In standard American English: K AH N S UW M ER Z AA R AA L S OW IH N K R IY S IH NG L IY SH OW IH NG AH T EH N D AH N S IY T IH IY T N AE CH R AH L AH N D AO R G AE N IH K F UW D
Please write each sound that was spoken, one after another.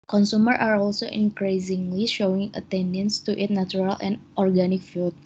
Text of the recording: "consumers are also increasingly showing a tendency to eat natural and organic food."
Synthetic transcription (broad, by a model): K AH N S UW M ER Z AA R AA L S OW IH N K R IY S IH NG L IY SH OW IH NG AH T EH N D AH N S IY T IH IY T N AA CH R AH L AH N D AO R G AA N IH K F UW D